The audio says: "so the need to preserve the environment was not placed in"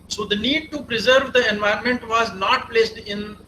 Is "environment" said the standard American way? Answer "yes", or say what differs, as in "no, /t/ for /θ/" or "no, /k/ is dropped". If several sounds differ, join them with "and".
no, /ɹ/ is dropped